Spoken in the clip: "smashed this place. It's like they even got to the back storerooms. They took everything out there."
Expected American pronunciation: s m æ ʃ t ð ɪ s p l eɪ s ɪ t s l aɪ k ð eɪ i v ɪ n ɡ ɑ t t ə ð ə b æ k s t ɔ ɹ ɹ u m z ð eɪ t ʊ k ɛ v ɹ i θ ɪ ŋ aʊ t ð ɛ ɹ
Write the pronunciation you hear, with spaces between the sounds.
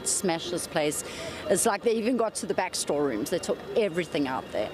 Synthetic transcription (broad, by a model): s m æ ʃ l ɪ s p l eɪ s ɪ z l aɪ k ð eɪ i v ɪ n ɡ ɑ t t ə ð ə b æ k s t ɔ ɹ ɹ u m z ð eɪ t ʊ k ɛ v ɹ i θ ɪ ŋ aʊ t ð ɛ